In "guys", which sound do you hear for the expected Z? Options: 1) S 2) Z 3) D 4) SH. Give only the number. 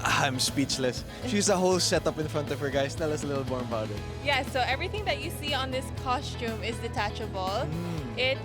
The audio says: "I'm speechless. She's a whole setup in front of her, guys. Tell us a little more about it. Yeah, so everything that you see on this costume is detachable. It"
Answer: 1